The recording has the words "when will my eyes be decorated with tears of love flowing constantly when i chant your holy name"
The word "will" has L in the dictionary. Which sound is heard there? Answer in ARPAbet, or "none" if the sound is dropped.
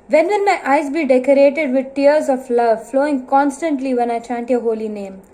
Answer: N